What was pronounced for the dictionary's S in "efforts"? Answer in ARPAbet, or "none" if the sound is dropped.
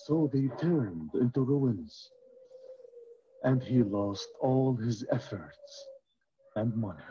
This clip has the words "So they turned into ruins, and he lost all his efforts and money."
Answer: S